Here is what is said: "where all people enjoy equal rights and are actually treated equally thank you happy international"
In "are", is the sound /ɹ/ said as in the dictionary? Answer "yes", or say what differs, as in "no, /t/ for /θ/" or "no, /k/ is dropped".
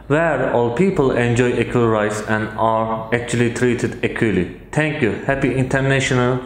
yes